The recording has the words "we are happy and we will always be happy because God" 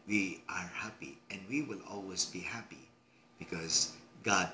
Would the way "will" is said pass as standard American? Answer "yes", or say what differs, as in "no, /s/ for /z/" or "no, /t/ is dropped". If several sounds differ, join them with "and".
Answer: yes